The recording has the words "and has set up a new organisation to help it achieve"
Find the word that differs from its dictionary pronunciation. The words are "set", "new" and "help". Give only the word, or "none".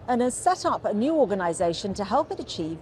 none